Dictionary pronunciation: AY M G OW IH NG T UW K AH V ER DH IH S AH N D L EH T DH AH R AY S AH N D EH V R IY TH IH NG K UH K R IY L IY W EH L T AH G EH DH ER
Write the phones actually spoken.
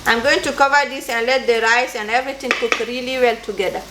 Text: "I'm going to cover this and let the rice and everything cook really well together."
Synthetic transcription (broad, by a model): AY M G OW IH NG T UW K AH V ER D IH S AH N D L EH T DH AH R AY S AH N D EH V R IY T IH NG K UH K R IY L IY W EH L T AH G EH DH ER